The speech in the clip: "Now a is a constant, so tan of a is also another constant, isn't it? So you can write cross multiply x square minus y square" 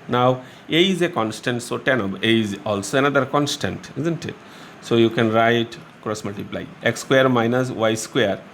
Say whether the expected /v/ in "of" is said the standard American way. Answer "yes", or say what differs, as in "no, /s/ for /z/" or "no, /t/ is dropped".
no, /b/ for /v/